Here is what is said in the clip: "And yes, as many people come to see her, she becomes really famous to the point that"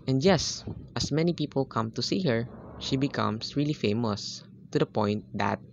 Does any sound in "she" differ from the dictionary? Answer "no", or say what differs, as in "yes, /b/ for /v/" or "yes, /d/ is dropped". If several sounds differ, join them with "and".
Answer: no